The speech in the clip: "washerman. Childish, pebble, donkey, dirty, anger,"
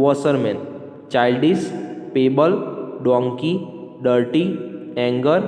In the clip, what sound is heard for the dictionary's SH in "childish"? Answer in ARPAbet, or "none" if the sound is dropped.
S